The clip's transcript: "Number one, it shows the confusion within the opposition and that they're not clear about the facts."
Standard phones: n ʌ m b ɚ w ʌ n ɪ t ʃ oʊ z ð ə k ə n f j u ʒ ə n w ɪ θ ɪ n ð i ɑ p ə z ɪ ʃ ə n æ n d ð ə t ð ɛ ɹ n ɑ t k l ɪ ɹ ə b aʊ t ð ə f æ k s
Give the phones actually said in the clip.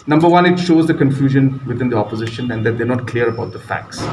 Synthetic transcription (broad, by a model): n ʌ m b ɚ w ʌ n ɪ t ʃ oʊ z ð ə k ə n f j u ʒ ə n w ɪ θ ɪ n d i ɑ p ə z ɪ ʃ ə n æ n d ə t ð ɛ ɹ n ɑ t k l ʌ ɹ ə b aʊ t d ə f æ k s